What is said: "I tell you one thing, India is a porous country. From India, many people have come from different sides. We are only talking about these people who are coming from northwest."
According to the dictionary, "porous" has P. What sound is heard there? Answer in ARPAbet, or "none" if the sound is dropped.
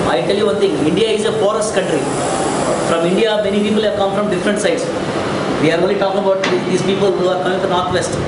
F